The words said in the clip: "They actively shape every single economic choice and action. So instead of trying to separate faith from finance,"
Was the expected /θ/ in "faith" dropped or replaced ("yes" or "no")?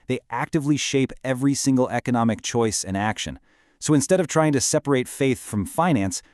no